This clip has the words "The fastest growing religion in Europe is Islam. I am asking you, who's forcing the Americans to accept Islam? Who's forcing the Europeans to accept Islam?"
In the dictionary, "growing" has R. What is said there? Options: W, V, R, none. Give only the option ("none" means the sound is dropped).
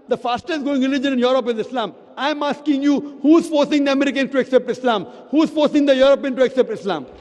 none